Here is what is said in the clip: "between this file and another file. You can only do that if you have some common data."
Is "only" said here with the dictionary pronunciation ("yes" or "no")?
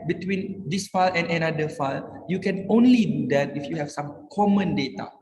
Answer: yes